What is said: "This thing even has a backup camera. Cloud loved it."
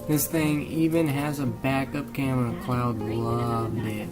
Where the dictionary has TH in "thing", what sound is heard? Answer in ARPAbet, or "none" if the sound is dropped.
TH